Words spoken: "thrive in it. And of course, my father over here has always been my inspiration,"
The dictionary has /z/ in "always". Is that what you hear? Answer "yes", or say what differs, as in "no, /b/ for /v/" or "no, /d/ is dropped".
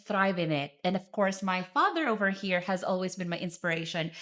yes